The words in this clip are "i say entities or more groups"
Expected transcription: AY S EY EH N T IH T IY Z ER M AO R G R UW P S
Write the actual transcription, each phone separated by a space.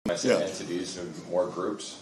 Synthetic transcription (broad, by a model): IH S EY EH N T IH T IY Z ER M AO R G R UW P S